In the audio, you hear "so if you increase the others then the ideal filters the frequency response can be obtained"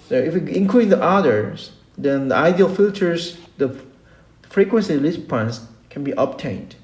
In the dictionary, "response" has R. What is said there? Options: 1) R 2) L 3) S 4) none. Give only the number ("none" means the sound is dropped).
2